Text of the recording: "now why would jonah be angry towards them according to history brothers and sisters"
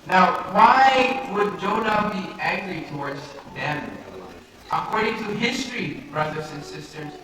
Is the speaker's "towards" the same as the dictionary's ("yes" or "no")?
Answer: yes